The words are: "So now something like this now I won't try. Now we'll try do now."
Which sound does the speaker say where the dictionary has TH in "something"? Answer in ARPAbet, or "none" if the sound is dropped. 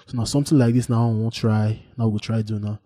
T